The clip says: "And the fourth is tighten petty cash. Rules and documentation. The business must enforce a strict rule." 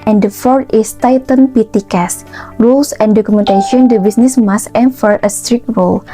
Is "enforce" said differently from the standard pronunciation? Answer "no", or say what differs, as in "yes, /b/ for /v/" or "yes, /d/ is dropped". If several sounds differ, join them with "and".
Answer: yes, /s/ is dropped